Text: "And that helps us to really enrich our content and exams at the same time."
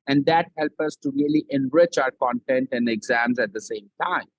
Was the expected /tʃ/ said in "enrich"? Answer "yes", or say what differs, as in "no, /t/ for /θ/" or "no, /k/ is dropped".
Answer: yes